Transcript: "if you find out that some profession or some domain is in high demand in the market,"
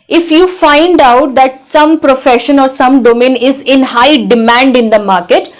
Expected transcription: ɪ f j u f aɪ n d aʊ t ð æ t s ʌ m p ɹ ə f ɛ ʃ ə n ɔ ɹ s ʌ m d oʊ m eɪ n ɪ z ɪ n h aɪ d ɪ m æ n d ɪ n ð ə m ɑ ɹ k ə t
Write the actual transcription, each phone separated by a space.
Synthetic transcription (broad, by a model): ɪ f j u f aɪ n d aʊ t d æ t s ʌ m p ɹ ə f ɛ ʃ ə n ɔ ɹ s ʌ m d oʊ m eɪ n ɪ z ɪ n h aɪ d ɪ m æ n d ɪ n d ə m ɑ ɹ k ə t